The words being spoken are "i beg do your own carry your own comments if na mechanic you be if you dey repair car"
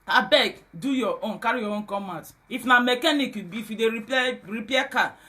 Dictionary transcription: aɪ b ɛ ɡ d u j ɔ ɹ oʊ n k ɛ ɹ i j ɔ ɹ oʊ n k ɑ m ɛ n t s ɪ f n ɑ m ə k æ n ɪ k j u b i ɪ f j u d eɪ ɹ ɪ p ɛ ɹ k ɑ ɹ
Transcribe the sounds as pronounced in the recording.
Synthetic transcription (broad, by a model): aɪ b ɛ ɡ d u j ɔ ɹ oʊ n k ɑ ɹ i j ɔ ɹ oʊ n k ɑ m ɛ t ɪ f n ɑ m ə k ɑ n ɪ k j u b i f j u d eɪ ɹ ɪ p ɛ k ɑ